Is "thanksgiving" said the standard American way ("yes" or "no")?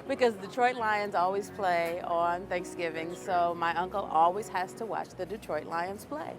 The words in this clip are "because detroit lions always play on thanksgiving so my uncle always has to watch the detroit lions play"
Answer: yes